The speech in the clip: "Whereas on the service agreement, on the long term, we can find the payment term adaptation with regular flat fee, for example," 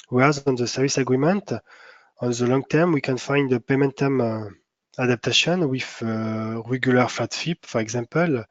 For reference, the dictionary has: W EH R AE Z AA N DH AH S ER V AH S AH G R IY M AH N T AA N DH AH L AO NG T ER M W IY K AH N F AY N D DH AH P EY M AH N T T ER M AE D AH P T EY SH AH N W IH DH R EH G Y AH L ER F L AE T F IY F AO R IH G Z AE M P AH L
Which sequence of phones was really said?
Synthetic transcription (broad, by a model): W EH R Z AA N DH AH S ER V AH S AH G R IY M AH N T AA N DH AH L AO NG T ER M W IY K AH N F AY N D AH P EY M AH N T T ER M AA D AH P T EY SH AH N W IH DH R EH G Y AH L ER F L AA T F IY F AO R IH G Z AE M P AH L